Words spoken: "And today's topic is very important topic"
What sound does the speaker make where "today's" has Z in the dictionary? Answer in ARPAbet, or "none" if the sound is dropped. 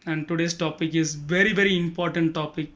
S